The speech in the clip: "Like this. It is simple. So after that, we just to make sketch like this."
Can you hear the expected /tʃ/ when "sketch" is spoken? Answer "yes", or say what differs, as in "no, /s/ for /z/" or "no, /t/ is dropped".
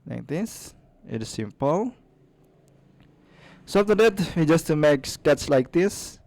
no, /s/ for /tʃ/